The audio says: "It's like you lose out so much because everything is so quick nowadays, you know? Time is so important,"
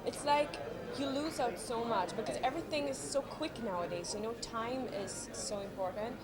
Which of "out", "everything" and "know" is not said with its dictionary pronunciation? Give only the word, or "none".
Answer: none